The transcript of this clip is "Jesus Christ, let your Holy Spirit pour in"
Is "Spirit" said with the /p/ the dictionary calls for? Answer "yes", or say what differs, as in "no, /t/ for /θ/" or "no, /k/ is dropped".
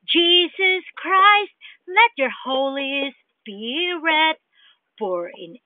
no, /b/ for /p/